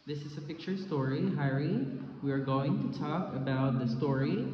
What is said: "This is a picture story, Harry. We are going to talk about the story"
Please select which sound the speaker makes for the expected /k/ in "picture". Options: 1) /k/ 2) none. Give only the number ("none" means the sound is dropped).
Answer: 1